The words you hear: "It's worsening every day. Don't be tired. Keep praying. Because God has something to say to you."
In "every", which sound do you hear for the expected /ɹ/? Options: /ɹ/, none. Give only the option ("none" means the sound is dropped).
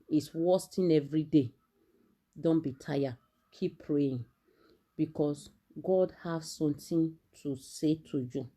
/ɹ/